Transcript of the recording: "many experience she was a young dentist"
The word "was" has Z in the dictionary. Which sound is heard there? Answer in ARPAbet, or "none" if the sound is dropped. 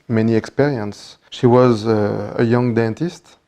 Z